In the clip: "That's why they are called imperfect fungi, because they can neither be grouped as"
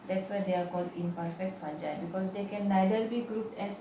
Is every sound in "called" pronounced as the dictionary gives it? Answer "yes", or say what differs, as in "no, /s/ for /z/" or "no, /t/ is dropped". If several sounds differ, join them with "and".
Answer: yes